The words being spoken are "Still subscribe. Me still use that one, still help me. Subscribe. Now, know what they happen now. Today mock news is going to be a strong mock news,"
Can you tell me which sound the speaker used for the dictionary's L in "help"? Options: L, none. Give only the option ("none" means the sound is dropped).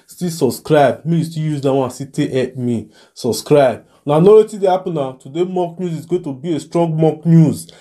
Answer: none